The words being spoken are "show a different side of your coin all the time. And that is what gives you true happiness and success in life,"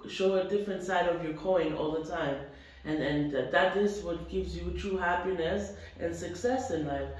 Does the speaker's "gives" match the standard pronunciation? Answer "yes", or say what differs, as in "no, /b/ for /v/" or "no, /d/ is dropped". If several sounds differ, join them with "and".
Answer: yes